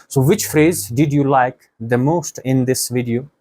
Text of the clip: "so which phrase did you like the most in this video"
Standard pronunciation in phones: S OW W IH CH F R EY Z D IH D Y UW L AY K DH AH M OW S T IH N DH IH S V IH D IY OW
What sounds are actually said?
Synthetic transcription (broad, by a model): S OW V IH CH F R EY Z D IH D Y UW L AY K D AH M OW S T IH N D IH S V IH D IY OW